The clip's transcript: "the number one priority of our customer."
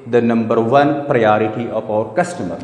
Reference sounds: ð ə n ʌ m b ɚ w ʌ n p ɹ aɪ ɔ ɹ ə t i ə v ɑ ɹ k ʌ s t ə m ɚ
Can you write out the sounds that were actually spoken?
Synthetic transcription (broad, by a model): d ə n ʌ m b ɚ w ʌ n p ɹ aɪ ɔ ɹ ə t i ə p ɑ ɹ k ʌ s t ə m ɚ